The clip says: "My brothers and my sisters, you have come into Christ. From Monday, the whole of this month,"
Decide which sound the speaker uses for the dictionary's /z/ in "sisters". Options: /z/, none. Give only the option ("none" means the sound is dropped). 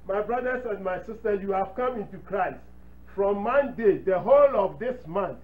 none